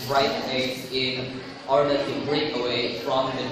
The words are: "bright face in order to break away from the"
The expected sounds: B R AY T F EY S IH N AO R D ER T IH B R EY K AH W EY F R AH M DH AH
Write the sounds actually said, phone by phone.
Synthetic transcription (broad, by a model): R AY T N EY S IH N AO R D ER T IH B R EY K AH W EY F R AH M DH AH